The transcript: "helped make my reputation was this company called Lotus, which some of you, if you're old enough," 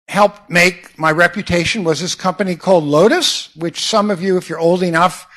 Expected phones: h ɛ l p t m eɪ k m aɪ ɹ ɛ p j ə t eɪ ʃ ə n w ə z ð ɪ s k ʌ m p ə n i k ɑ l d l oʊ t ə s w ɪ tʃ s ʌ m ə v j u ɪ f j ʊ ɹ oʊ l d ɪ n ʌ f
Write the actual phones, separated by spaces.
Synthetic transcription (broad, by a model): h ɛ l p m eɪ k m aɪ ɹ ɛ p j ə t eɪ ʃ ə n w ə z ð ɪ s k ʌ m p ə n i k ɑ l d l oʊ t ə s w ɪ tʃ s ʌ m ə v j u ɪ f j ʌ ɹ oʊ l d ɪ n ʌ f